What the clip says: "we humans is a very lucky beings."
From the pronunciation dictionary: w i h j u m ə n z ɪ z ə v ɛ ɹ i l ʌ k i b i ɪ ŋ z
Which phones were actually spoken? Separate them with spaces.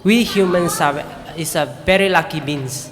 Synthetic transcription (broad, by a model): w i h j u m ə n s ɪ s ə v ɛ ɹ i l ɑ k i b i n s